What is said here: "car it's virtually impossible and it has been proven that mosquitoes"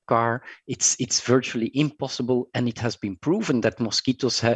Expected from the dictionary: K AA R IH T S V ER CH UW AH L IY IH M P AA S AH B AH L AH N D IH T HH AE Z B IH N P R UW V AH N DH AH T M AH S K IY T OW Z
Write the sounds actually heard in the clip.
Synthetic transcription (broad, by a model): K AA R IH T S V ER CH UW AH L IY IH M P AA S AH B AH L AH N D IH T HH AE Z B IH N P R UW V AH N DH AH T M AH S K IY T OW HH